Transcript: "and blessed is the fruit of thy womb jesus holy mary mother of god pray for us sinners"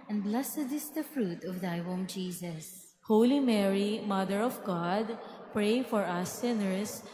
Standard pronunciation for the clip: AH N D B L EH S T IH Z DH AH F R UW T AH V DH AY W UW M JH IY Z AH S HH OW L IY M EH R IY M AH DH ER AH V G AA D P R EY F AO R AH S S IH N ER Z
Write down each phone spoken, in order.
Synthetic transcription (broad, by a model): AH N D B L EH S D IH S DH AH F R UW T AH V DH AY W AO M JH IY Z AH S HH OW L IY M EH R IY M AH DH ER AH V G AA D P R EY F AO R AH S S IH N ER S